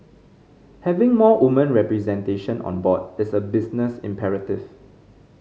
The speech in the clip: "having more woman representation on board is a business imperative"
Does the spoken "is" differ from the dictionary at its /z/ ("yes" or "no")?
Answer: yes